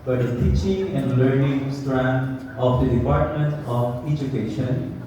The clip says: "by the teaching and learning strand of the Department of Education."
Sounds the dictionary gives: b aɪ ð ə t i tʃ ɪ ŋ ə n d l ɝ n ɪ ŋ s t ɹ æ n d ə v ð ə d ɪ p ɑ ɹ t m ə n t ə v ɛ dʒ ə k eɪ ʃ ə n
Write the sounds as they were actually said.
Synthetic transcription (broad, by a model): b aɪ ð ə t i tʃ ɪ ŋ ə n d l ɝ n ɪ ŋ s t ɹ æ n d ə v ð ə d ɪ p ɑ ɹ t m ə n t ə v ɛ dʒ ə k eɪ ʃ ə n